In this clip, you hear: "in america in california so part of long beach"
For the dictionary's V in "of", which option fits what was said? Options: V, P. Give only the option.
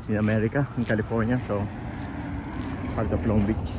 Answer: P